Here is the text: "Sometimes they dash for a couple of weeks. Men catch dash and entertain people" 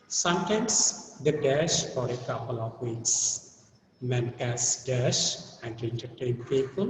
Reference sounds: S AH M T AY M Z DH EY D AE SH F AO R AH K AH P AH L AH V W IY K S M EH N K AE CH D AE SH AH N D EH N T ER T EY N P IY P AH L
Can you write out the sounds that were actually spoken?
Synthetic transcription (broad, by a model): S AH M T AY M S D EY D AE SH F AO R AH K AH P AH L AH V W IY K S M EH N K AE S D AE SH AH N D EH N T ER T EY N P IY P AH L